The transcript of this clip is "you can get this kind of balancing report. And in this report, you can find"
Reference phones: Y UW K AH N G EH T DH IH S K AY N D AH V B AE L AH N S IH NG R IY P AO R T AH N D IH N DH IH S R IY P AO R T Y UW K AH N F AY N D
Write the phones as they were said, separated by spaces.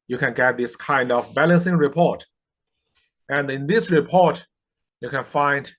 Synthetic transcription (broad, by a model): Y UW K AH N G EH T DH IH S K AY N D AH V B AE L AH N S IH NG R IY P AO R T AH N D IH N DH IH S R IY P AO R T Y UW K AH N F AY N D